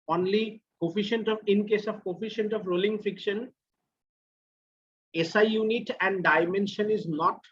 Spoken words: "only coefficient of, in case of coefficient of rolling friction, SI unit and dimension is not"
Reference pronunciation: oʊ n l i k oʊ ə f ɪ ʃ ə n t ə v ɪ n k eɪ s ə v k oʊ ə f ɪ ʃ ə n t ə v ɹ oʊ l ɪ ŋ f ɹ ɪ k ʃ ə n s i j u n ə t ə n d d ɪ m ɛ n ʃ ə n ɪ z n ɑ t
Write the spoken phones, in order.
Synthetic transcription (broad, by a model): oʊ n l i k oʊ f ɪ ʃ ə n t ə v ɪ n k eɪ s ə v k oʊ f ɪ ʃ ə n t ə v ɹ oʊ l ɪ ŋ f ɪ k ʃ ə n s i j u n ə t ə n d d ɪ m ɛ n ʃ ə n ɪ z n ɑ t